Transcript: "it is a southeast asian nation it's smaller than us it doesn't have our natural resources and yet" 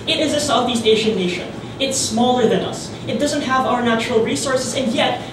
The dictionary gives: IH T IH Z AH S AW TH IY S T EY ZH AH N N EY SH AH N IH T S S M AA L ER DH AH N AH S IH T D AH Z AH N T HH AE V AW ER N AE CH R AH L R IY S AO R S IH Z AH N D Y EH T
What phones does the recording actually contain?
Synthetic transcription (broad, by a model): IH T IH Z AH S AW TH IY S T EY SH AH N N EY SH AH N IH T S S M AA L ER DH AH N AH S IH T D AH Z AH N T HH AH V AW ER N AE CH R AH L R IY S AO R S IH Z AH N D Y EH T